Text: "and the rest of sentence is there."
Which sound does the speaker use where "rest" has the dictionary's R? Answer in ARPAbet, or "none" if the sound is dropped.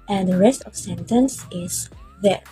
R